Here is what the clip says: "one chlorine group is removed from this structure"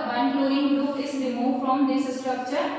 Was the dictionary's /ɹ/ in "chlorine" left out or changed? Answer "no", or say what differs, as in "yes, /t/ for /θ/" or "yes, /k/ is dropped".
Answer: yes, /ɹ/ is dropped